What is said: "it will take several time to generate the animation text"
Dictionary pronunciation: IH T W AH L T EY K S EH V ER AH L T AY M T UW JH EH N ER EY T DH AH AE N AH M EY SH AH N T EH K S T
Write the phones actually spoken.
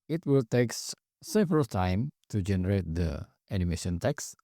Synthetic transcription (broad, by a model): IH T W AH L T EY K S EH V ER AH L T AY M T UW JH EH N ER EY T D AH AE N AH M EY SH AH N T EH K S